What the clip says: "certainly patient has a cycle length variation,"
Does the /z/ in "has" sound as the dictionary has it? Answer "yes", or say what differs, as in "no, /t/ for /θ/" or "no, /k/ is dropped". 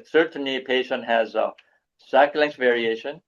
yes